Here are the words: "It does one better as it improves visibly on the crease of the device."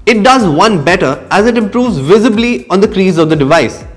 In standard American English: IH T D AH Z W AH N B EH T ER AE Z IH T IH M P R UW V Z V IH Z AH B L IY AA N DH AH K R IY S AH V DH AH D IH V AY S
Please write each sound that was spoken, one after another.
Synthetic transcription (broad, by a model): IH T D AH Z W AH N B EH T ER AE Z IH T IH M P R UW V Z V IH Z AH B L IY AA N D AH K R IY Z AH V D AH D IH V AY S